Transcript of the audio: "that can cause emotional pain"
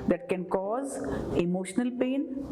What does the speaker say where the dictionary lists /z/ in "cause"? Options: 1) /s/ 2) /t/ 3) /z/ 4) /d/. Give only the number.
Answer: 3